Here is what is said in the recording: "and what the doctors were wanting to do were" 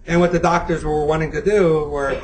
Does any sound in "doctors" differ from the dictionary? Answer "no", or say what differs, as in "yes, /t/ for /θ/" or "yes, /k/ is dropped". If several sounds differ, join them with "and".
no